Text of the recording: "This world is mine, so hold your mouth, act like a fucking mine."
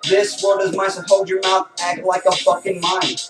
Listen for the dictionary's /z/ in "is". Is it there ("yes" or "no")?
yes